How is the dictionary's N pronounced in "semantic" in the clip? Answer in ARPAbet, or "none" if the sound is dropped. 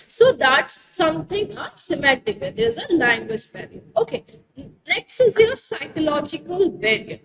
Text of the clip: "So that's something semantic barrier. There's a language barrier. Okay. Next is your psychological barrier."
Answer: none